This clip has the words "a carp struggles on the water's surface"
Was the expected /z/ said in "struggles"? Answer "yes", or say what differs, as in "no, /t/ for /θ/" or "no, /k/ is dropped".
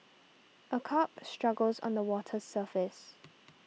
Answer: yes